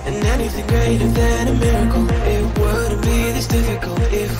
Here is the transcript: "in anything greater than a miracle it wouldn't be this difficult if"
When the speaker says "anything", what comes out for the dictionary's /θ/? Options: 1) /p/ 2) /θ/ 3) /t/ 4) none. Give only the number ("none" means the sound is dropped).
2